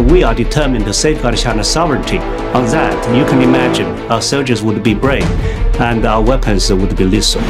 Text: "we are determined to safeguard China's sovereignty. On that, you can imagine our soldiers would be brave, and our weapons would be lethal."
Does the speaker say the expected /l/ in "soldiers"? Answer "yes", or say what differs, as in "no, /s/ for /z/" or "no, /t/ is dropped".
yes